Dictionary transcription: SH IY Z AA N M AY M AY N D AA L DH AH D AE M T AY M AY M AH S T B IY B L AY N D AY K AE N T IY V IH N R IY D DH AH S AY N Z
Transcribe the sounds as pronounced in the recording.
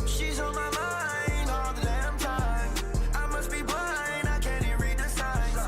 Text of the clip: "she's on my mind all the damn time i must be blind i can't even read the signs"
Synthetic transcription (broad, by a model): SH IY Z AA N M AY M AY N AA L DH AH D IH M T AY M AY M AH S T B IY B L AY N AY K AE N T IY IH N R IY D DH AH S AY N